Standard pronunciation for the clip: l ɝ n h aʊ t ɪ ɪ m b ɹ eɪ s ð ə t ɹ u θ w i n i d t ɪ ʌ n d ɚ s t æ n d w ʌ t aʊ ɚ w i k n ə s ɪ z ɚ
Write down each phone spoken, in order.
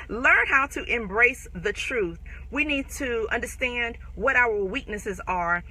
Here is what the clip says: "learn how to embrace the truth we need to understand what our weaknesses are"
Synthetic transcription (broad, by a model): l ɝ n h aʊ t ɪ ɪ m b ɹ eɪ s ð ə t ɹ u θ w i n i d t ɪ ʌ n d ɚ s t æ n d w ʌ t aʊ ɚ w i k n ə s ɪ z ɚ